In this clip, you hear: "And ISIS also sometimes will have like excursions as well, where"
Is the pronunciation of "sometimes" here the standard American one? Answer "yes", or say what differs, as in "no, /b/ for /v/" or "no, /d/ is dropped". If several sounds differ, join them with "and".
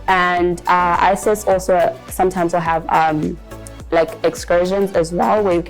yes